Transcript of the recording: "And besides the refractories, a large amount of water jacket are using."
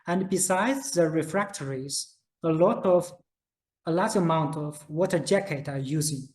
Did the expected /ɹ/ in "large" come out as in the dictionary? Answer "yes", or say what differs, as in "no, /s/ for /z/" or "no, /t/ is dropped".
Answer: no, /l/ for /ɹ/